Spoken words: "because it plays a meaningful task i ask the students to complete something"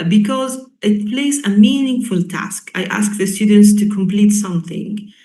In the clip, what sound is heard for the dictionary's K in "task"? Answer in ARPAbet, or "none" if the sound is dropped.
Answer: K